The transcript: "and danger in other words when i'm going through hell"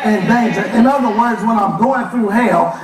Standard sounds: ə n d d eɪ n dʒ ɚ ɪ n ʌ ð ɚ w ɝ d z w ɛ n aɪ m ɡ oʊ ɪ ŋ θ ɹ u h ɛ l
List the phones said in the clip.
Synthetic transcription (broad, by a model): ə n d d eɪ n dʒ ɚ ɪ n ʌ ð ɚ w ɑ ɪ z w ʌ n aɪ m ɡ oʊ ɪ ŋ θ ɹ u h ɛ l